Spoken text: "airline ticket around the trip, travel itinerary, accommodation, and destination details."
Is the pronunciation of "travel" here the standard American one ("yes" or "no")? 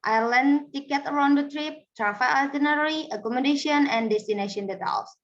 no